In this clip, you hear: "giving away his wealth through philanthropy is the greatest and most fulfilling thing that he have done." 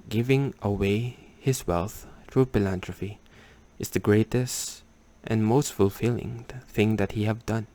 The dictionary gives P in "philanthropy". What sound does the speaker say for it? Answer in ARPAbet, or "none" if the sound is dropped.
F